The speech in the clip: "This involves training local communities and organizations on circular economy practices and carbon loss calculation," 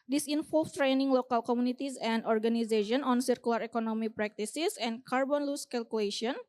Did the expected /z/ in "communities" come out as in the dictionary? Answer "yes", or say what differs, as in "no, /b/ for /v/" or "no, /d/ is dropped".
no, /s/ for /z/